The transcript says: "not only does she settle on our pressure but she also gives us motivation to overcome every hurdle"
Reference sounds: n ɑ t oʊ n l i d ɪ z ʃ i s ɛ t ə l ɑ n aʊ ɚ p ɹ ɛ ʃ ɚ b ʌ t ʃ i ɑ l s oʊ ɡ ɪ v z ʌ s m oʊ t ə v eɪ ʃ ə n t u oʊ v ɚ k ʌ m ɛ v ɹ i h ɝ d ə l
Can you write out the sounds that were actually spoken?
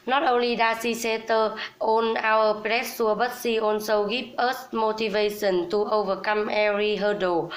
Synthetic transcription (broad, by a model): n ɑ t oʊ n l i d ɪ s i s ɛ t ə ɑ n aʊ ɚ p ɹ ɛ s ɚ b ʌ t s i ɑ n s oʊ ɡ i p ʌ s m oʊ t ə v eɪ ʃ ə n t u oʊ v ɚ k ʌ m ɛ ɹ i h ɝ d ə